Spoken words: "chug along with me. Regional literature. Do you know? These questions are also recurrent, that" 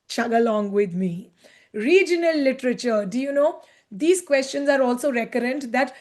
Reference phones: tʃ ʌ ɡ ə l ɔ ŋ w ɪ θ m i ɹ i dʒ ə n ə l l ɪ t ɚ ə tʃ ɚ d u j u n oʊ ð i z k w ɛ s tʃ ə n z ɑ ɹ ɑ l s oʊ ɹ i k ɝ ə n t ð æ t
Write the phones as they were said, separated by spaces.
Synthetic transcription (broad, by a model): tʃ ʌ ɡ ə l ɔ ŋ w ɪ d m i ɹ i dʒ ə n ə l l ɪ t ɚ ə tʃ ɚ d u j u n oʊ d i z k w ɛ s tʃ ə n z ɑ ɹ ɑ l s oʊ ɹ i k ɝ ə n t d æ t